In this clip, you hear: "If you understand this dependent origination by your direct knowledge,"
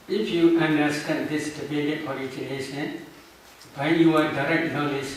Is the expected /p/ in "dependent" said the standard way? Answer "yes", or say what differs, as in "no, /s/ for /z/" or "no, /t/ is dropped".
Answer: no, /b/ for /p/